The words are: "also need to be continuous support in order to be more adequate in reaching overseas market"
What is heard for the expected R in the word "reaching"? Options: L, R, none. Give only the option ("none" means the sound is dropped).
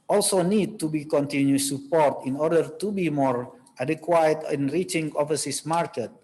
R